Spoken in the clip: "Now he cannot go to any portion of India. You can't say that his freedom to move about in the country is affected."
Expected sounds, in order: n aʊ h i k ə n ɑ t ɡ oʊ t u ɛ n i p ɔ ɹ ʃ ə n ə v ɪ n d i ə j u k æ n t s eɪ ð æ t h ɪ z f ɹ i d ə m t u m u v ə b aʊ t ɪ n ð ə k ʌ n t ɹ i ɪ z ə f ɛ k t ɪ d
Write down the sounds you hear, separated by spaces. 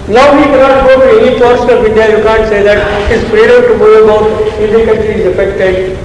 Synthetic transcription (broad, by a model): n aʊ h i k ə n ɑ t ɡ oʊ t u ɛ n i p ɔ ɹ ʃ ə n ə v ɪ n d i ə j u k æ n t s eɪ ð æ t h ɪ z p ɹ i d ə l t u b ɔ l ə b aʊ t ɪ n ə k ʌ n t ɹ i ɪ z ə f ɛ k t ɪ d